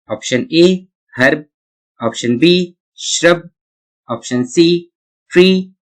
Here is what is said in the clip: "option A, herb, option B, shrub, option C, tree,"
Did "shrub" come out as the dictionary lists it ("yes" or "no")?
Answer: yes